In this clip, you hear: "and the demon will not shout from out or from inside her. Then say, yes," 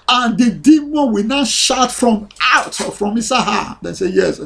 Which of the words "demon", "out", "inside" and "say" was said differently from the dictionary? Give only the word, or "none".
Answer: inside